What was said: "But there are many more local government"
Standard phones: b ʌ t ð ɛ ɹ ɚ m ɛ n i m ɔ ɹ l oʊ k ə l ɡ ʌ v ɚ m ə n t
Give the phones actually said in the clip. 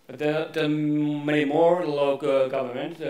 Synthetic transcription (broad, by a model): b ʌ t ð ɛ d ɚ m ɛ i m ɔ ɹ l oʊ ə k ɡ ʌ v ɚ m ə n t